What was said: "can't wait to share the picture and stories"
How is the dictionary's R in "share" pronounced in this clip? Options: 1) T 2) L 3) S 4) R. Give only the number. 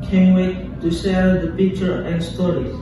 2